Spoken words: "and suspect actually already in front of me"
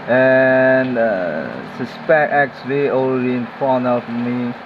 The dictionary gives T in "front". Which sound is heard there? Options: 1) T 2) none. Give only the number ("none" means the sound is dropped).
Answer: 2